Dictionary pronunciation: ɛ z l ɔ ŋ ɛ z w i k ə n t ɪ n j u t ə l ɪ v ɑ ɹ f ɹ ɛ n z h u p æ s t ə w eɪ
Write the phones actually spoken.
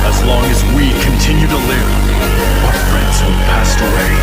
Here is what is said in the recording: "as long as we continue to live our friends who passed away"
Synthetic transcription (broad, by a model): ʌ z l ɔ ŋ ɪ z w i k ə n t ɪ n j u t ə l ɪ p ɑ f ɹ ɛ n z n p æ s t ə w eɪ